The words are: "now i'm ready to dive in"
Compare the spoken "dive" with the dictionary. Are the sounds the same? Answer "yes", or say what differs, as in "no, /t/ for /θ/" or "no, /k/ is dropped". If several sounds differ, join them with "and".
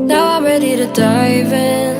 yes